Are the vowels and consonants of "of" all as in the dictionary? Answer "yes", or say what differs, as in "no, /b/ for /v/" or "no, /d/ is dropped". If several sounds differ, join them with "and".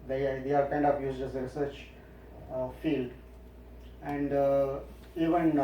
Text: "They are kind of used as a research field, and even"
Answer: no, /p/ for /v/